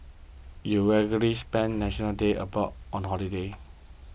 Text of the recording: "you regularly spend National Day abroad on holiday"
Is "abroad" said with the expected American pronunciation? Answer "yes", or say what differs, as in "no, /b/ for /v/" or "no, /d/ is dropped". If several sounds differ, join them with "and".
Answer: no, /ɹ/ is dropped